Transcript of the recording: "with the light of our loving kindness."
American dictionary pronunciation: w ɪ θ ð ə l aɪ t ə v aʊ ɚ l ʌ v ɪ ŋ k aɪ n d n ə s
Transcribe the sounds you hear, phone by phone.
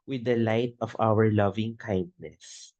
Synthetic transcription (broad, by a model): w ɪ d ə l aɪ t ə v aʊ ɚ l ʌ v ɪ ŋ k aɪ n d n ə s